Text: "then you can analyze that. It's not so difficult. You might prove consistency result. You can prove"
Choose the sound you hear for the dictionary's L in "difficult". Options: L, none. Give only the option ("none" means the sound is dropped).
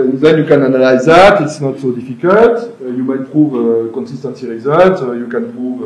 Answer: none